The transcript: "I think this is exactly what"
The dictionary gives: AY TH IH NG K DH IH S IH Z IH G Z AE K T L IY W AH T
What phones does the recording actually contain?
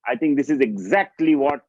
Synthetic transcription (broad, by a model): AY T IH NG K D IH S IH Z IH G Z AE K T L IY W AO T